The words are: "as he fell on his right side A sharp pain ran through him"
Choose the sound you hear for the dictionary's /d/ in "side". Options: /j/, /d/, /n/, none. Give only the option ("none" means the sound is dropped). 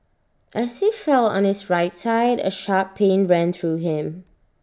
/d/